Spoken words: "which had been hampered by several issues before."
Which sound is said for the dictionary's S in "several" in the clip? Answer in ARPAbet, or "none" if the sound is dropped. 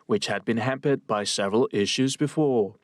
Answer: S